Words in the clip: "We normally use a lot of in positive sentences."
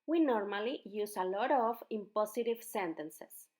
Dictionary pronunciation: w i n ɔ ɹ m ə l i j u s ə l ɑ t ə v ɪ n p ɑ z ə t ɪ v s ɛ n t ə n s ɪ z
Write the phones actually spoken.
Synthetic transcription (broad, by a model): w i n ɔ ɹ m ə l i j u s ə l ɑ t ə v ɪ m p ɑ s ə t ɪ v s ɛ n t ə n s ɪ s